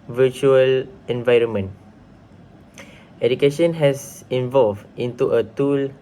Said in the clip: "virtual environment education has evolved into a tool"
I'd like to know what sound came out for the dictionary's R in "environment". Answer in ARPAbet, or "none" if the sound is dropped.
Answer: R